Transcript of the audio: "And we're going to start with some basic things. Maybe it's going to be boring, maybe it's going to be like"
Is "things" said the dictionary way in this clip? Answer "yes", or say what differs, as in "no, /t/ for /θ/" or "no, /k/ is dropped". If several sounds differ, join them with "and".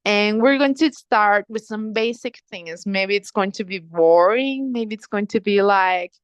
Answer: yes